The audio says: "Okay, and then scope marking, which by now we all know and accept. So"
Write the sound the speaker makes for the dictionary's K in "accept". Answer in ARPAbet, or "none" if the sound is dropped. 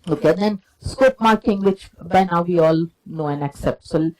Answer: K